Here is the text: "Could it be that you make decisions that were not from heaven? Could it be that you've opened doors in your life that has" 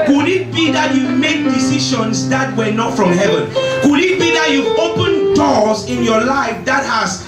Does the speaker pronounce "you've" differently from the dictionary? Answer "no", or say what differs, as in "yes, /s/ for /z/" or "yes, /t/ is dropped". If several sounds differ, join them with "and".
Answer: yes, /v/ is dropped